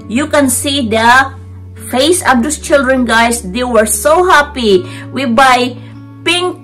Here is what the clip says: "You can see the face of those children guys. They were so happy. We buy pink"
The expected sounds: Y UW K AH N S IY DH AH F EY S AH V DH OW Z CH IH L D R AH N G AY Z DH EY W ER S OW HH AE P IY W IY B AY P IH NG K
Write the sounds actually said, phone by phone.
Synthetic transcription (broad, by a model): Y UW K AH N S IY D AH F EY S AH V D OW S CH IH L D R AH N G AY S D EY W ER S OW HH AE P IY W IY B AY P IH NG